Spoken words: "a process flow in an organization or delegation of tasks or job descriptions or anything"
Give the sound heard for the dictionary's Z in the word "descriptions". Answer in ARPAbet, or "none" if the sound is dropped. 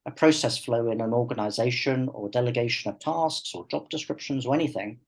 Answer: Z